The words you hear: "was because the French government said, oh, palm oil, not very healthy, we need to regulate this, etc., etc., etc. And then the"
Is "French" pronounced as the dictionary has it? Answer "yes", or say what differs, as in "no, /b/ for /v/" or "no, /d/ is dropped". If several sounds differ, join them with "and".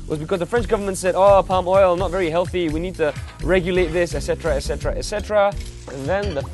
yes